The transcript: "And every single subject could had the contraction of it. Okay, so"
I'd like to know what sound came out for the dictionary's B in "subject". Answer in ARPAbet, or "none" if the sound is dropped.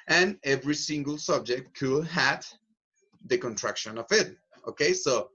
B